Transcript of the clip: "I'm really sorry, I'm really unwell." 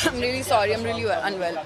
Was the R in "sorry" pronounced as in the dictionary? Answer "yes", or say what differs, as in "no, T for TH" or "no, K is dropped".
yes